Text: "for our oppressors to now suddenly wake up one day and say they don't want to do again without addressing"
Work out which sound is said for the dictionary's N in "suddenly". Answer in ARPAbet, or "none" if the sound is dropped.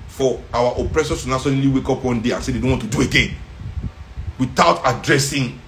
none